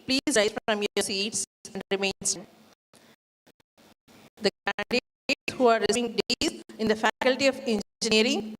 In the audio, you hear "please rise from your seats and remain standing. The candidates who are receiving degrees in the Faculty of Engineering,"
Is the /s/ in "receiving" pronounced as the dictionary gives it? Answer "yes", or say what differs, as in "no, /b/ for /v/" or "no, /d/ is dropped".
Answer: no, /s/ is dropped